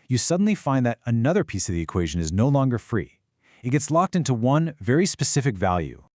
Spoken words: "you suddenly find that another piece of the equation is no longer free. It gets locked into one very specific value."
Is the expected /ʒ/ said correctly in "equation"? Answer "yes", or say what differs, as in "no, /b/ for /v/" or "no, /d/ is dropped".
yes